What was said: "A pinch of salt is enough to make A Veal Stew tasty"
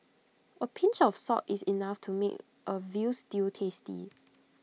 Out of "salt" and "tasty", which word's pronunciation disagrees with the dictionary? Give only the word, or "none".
salt